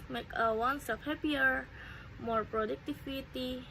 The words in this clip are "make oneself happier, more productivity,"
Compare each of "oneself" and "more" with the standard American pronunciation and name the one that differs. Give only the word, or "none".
oneself